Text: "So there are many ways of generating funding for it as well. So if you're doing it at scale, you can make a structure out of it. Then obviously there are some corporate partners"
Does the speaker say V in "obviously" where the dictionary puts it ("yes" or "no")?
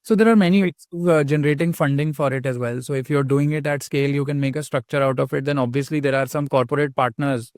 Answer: yes